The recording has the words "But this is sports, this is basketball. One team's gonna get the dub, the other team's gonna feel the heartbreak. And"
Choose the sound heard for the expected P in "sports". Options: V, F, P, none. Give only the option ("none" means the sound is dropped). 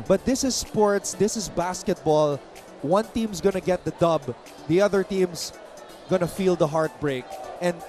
P